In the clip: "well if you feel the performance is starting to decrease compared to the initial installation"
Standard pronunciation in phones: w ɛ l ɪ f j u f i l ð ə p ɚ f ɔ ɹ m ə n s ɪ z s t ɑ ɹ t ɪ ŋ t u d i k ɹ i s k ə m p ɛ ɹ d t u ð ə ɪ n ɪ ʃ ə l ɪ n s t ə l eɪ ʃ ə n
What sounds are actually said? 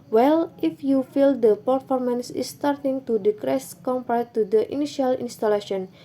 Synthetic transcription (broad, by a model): w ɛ l ɪ f j u f i l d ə p ɚ f ɔ ɹ m ə n s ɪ s t ɑ ɹ t ɪ ŋ t u d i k ɹ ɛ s k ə m p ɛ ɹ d t u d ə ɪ n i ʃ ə l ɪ n s t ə l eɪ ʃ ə n